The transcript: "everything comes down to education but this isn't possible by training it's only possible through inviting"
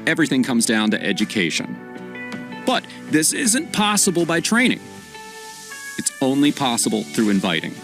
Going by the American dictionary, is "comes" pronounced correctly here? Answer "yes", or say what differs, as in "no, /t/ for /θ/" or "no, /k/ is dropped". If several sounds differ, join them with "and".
yes